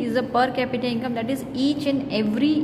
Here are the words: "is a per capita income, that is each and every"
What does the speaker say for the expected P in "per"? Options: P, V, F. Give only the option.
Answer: P